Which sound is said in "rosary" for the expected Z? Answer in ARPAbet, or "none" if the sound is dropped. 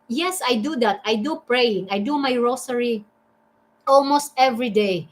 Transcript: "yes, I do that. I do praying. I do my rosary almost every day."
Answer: S